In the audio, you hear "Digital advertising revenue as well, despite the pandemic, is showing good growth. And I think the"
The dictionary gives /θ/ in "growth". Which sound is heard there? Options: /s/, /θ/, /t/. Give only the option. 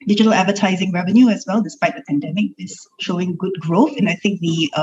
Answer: /θ/